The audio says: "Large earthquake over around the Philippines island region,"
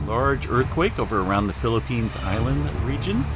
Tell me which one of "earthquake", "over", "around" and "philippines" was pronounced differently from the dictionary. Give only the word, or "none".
none